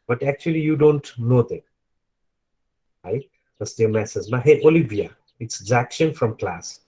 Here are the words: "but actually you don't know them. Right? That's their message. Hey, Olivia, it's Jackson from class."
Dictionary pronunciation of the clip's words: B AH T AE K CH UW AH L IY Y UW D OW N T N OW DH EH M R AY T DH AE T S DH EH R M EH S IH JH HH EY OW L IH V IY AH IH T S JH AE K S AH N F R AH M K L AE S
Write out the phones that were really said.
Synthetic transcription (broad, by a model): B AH T AE K CH UW AH L IY Y UW D OW N T N OW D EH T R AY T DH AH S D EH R M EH S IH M HH EY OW L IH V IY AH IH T S Z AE K SH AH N F R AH M K L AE S